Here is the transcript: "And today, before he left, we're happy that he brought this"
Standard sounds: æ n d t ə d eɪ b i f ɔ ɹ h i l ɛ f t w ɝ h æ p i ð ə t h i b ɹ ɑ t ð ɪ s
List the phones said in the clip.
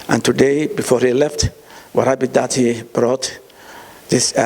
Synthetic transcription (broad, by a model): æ n t ə d eɪ b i f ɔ ɹ h i l ɛ f t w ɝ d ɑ b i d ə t h i b ɹ ɑ t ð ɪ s